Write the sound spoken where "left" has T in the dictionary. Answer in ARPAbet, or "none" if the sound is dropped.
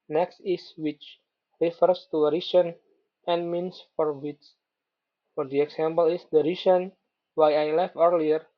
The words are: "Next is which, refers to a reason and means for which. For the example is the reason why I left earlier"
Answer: none